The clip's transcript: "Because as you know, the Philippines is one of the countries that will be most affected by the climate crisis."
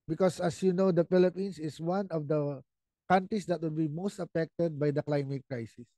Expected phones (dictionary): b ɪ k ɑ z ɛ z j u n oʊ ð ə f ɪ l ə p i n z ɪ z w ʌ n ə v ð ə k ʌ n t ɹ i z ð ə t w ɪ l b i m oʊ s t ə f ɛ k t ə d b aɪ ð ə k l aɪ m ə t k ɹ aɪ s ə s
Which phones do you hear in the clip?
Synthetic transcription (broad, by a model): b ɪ k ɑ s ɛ s j u n oʊ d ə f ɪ l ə p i n s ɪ s w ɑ n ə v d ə k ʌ n t ɹ i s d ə t w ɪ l b i m oʊ s t ə f ɛ k t ə d b aɪ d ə k l aɪ m ə t k ɹ aɪ s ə s